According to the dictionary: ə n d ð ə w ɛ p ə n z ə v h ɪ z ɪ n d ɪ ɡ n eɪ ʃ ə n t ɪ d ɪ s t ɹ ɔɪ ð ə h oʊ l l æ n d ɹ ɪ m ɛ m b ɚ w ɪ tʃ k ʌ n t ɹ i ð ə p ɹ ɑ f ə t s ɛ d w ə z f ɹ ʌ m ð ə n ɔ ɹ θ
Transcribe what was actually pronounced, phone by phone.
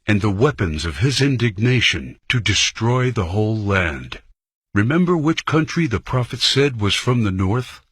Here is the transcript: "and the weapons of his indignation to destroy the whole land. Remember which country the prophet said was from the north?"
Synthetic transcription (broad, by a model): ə n ð ə w ɛ p ə n z ə v ɪ z ɪ n d ɪ ɡ n eɪ ʃ ə n t ɪ d ɪ s t ɹ ɔɪ ð ə h oʊ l l æ n d ɹ ɪ m ɛ m b ɚ w ɪ tʃ k ʌ n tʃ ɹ i ð ə p ɹ ɑ f ə t s ɛ d w ə z f ɹ ʌ m ð ə n ɔ ɹ θ